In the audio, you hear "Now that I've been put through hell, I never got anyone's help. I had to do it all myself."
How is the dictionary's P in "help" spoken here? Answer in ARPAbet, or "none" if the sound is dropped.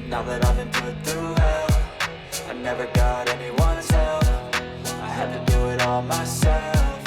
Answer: F